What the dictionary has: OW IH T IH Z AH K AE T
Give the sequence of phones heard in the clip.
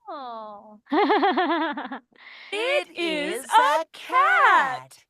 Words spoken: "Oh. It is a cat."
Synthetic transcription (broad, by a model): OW IH T IH Z AH K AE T